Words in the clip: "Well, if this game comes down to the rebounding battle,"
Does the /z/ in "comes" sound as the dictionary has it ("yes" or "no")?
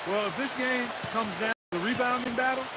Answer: yes